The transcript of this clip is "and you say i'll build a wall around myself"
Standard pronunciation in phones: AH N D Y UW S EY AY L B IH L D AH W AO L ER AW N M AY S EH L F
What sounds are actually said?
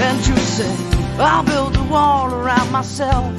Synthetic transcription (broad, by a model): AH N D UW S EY AY L B IH L D AH W AO L ER AW N M AY S EH L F